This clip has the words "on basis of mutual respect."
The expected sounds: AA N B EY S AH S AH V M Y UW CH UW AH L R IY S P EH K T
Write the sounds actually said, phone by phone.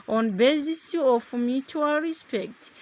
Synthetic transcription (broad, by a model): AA N B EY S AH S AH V M Y UW CH UW AH L R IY S P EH K T